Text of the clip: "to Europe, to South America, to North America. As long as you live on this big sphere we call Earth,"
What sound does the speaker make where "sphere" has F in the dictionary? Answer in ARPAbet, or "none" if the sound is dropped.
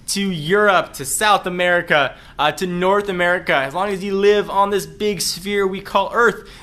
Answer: F